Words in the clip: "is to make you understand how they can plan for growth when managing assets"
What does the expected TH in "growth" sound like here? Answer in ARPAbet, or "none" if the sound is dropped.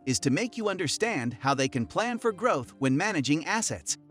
TH